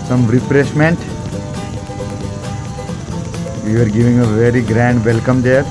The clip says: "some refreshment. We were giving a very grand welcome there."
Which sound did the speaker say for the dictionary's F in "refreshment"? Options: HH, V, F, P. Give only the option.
P